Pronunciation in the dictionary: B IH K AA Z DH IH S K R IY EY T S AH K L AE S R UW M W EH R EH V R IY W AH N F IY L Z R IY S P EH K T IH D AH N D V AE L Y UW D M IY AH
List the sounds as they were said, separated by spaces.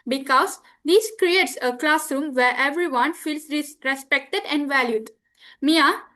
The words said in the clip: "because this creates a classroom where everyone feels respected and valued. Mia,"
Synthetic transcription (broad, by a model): B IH K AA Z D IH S K R IY EY T S AH K L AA S R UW M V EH R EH V R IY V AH N F IY L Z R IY S P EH K T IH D AH N D V AE L Y UW D M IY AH